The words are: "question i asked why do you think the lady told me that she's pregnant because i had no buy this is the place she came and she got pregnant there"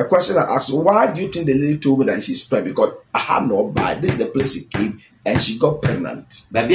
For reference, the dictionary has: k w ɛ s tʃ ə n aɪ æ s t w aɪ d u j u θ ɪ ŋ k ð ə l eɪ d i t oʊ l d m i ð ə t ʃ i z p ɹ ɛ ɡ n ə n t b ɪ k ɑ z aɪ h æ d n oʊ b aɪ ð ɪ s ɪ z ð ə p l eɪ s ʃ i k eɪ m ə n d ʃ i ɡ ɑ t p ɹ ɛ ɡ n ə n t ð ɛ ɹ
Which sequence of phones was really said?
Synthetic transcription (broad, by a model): k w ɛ s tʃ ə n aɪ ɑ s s w aɪ d u j u t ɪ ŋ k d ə l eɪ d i t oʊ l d m i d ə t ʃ i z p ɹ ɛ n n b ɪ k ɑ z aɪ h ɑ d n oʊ b aɪ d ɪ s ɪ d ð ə p l eɪ s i k eɪ m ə n ʃ i ɡ ɑ t p ɹ ɛ ɡ n ə n t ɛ